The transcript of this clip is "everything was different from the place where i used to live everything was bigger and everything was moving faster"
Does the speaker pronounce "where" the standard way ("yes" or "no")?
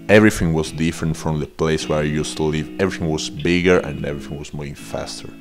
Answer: yes